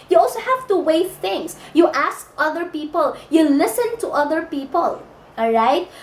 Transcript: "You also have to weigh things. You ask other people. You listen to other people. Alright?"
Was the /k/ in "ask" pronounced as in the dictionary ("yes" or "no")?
yes